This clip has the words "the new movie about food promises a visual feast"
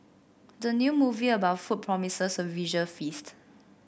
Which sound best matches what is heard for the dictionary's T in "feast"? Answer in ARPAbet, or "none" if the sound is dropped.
T